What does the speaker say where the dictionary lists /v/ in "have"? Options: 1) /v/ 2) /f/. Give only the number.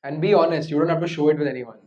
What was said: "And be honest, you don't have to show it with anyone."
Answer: 2